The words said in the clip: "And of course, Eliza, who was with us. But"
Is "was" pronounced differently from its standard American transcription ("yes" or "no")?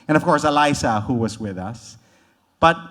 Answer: no